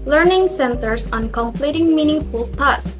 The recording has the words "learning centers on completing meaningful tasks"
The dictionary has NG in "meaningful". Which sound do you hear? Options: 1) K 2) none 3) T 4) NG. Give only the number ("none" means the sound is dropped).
4